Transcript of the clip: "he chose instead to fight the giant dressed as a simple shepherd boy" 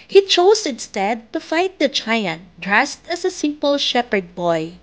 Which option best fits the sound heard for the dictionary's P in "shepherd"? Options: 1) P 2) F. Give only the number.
1